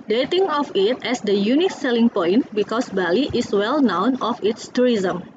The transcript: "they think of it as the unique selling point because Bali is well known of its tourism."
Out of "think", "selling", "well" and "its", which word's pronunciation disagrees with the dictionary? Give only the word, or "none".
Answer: think